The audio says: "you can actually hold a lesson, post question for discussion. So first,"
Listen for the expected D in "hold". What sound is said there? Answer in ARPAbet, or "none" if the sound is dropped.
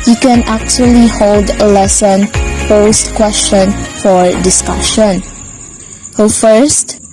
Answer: D